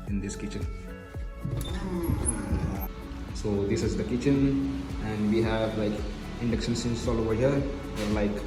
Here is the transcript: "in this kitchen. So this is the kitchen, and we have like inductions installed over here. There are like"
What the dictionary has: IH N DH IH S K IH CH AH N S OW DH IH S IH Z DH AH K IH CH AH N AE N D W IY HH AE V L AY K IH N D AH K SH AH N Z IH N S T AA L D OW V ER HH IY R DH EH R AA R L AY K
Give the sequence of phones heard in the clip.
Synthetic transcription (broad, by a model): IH N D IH S K IH CH AH N S OW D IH S IH Z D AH K IH CH AH N AE N D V IY HH AE V L AY K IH N D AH K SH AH N S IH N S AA L OW V ER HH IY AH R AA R L AY K